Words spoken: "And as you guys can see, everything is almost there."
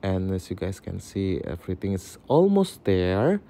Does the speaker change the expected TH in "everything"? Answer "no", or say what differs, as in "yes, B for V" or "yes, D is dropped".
yes, T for TH